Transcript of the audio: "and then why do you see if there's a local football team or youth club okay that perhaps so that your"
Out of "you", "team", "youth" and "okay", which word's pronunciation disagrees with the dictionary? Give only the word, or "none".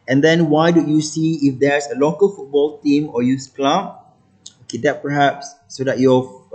youth